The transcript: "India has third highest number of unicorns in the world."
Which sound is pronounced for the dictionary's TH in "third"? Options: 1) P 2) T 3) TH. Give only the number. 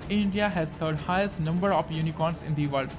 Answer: 2